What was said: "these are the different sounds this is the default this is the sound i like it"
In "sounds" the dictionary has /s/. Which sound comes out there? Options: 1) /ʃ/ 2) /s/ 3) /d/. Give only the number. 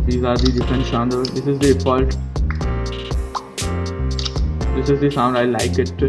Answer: 1